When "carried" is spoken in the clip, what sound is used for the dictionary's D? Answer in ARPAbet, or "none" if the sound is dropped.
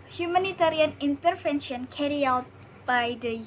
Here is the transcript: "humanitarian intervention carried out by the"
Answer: none